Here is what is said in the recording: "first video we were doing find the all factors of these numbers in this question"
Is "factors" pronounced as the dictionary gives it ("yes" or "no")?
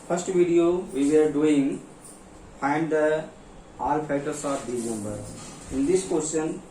no